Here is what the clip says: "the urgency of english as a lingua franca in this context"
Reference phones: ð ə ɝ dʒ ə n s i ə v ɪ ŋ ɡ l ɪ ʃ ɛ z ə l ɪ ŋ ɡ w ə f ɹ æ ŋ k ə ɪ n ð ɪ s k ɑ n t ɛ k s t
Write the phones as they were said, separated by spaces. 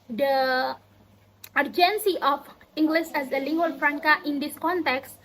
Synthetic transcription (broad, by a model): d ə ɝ dʒ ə n s i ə f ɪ ŋ ɡ l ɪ s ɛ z ə l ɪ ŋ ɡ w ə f ɹ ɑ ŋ k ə ɪ n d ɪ s k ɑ n t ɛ k s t